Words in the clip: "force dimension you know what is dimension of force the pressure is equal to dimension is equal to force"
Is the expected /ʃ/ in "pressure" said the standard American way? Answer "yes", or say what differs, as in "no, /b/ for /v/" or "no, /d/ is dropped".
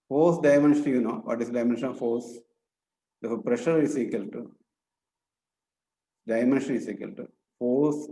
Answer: yes